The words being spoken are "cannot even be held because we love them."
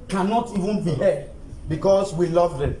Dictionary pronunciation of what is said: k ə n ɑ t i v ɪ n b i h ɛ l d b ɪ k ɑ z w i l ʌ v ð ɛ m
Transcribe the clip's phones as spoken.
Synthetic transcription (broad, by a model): k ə n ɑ t i v ɪ n b i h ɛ d b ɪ k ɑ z w i l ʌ v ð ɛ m